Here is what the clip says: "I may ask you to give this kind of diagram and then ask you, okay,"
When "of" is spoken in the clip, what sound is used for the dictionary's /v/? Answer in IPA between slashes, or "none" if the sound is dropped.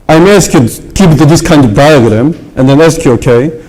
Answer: /v/